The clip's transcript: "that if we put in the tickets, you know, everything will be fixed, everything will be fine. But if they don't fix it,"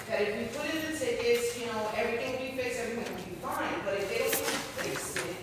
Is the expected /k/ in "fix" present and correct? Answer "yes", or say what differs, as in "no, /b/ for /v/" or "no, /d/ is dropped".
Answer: no, /k/ is dropped